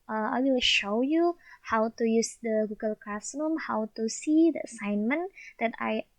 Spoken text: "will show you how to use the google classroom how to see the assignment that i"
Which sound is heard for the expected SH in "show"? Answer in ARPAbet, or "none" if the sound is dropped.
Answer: SH